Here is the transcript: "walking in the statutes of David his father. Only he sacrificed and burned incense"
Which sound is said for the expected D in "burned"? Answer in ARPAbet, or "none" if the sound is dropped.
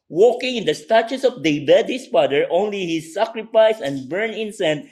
none